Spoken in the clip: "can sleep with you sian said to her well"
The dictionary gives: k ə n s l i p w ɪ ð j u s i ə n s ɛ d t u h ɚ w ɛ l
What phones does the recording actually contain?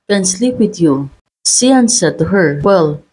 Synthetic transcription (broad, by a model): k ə n s l i p w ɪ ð j u s i ə n s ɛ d t u h ɚ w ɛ l